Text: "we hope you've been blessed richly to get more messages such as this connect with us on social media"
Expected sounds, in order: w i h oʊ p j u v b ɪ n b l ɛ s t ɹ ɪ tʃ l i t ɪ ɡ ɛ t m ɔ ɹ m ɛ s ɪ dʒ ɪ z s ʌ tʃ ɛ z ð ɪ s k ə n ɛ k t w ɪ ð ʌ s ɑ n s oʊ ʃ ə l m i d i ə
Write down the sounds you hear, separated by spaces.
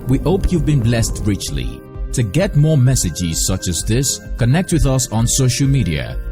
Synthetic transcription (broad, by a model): w i h oʊ p j u v b ɪ n b l ɛ s t ɹ ɪ tʃ l i t ɪ ɡ ɛ t m ɔ ɹ m ɛ s ɪ dʒ ɪ z s ʌ tʃ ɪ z ð ɪ s k ə n ɛ k t w ɪ ð ʌ s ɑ n s oʊ ʃ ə l m i d i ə